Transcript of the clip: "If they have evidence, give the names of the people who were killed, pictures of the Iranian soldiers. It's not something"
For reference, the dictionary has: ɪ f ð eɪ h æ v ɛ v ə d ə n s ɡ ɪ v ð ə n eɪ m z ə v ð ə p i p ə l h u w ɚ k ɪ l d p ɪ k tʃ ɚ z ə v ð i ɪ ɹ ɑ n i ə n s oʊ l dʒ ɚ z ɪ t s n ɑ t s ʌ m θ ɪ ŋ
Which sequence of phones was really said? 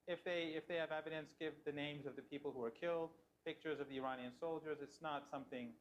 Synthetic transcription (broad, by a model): ɪ f ð eɪ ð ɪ v ɛ v ə d ə n s ɡ ɪ v ð ə n eɪ m z ə v ð ə p i p l h u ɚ k ɪ l d p ɪ k tʃ ɚ z ə v ð i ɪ ɹ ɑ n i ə n s oʊ l dʒ ɚ z ɪ t s n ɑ t s ʌ m θ ɪ ŋ